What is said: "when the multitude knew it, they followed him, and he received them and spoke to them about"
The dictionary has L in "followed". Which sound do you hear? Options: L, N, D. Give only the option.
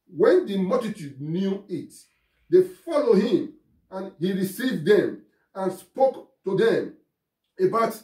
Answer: L